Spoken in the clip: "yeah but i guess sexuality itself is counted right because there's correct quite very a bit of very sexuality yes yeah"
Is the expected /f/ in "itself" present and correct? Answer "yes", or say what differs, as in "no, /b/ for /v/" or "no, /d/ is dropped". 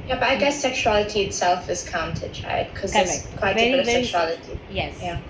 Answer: yes